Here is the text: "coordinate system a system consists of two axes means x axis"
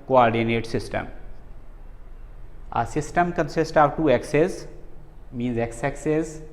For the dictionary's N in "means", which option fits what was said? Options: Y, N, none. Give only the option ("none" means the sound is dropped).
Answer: N